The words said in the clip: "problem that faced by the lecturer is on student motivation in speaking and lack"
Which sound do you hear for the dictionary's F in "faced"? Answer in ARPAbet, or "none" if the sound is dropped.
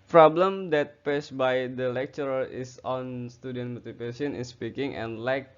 P